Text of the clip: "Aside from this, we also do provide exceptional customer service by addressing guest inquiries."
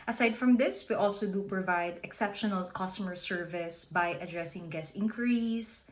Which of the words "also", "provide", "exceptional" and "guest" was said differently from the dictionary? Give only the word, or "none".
guest